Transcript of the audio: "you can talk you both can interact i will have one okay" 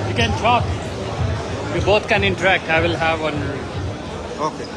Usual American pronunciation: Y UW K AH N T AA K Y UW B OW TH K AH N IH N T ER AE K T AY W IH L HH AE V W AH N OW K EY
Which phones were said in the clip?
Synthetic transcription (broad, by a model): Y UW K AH N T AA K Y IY B OW T K AH N IH N T ER AE K T AY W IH L HH AE V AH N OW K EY